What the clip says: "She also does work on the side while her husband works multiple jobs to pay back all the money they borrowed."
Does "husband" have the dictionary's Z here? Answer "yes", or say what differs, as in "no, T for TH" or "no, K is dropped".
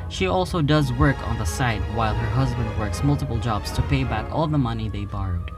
yes